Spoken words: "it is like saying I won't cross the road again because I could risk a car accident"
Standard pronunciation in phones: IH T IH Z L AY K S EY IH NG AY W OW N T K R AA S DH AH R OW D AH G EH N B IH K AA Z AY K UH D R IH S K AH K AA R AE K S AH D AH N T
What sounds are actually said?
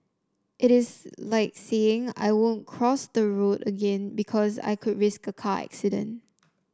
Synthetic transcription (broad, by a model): IH T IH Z L AY K S EY IH NG AY W OW N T K R AA S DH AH R OW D AH G EH N B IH K AA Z AY K UH D R IH S K AH K AA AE K S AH D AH N T